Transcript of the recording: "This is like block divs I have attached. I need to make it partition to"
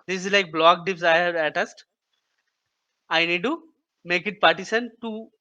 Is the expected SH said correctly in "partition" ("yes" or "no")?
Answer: no